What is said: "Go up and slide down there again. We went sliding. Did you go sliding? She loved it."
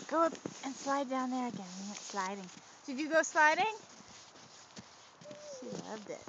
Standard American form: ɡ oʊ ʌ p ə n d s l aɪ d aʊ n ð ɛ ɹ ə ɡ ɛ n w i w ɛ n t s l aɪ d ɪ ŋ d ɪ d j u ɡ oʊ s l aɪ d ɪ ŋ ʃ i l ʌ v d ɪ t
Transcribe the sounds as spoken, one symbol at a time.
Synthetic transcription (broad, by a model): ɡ oʊ ʌ p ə n s l aɪ d aʊ n ð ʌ ɹ ə ɡ ɛ n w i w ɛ t s l aɪ d ɪ ŋ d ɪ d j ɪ ɡ oʊ s l aɪ d ɪ ŋ ʃ i l ʌ v d ɪ t